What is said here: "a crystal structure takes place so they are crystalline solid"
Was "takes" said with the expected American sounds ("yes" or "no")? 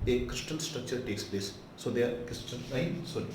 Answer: yes